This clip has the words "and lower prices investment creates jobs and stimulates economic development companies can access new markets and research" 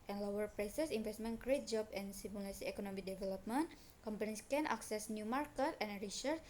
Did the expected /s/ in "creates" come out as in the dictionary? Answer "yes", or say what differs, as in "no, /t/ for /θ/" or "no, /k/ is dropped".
no, /s/ is dropped